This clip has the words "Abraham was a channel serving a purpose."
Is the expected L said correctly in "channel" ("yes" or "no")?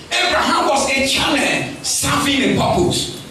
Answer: no